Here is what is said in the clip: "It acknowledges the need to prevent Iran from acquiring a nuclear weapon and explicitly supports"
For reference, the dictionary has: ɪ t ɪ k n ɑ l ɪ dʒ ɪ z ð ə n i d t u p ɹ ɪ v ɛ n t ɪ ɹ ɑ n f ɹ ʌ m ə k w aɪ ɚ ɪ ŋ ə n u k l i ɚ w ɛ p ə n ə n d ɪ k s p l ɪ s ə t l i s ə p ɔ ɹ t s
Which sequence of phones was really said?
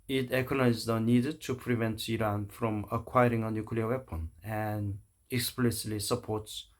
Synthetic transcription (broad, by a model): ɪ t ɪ k ɑ n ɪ ɪ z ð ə n i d t u p ɹ ɪ v ɛ n t ɪ ɹ ɑ n f ɹ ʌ m ə k w aɪ ɚ ɪ ŋ ə n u k l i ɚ w ɛ p ə n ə n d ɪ k s p l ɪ s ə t l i s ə p ɔ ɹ t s